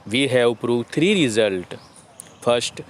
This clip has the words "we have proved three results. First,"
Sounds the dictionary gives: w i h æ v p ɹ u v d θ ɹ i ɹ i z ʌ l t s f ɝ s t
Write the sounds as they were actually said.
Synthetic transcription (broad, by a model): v i h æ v p ɹ u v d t ɹ i ɹ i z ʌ l t f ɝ s t